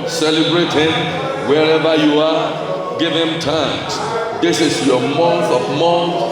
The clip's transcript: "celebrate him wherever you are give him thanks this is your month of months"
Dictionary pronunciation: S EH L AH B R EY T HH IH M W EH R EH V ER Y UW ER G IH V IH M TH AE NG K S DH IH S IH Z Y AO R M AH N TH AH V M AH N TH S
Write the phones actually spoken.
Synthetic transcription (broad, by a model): S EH L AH B R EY T HH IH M W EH R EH V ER Y UW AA G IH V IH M T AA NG S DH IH S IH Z Y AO M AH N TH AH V M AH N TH